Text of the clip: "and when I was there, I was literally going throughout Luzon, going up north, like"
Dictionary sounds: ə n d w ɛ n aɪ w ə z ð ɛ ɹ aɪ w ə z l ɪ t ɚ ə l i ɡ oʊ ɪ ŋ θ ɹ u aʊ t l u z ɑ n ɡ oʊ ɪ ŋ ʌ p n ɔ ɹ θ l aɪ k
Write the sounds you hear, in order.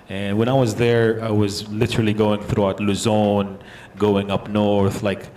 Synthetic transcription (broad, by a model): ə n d w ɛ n aɪ w ə z ð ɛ ɹ aɪ w ə z l ɪ t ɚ l i ɡ oʊ ɪ ŋ θ ɹ u aʊ t l u z ɑ n ɡ oʊ ɪ ŋ ʌ p n ɔ ɹ θ l aɪ k